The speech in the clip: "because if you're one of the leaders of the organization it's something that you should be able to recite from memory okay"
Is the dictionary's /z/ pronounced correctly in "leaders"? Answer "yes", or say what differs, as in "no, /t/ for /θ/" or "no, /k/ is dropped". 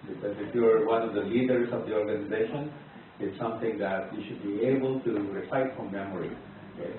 no, /s/ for /z/